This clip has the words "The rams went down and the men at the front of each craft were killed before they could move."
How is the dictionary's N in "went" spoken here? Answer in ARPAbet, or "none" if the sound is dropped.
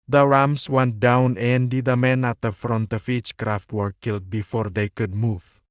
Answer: N